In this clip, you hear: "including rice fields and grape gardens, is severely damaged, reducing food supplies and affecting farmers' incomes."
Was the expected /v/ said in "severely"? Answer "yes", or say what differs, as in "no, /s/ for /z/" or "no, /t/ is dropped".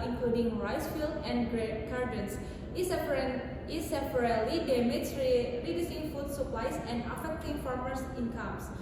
no, /p/ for /v/